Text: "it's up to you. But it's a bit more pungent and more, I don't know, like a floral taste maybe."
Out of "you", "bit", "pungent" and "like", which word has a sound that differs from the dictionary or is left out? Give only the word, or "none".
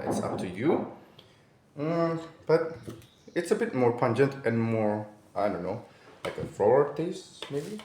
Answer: none